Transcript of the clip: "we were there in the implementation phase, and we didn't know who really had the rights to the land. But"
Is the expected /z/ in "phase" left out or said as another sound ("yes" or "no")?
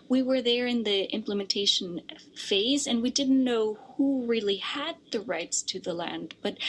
no